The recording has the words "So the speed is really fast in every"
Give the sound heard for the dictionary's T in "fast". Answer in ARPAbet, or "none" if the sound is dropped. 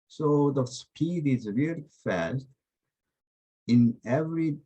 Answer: T